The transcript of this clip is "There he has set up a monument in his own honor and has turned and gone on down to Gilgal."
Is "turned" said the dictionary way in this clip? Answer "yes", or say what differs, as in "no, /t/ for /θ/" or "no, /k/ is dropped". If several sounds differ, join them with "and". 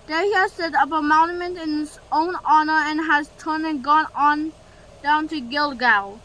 no, /d/ is dropped